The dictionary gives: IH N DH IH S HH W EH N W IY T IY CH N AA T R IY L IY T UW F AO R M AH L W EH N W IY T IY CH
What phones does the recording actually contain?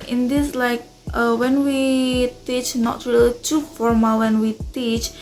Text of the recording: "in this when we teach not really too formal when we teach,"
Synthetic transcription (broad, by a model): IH N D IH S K W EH N W IY T IY CH N AA T R IY L IY T UW F AO R M AH L W EH N W IY T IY CH